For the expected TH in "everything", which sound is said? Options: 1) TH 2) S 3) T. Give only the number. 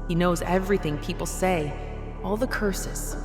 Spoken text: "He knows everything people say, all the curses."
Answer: 1